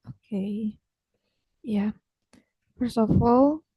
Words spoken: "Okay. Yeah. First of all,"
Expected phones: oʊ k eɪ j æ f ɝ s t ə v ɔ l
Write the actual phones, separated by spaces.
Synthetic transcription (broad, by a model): oʊ k eɪ j æ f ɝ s ə f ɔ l